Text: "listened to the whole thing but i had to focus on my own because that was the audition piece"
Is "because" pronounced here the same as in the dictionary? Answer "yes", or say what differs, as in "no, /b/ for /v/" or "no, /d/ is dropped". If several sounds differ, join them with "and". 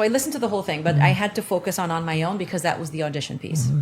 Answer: yes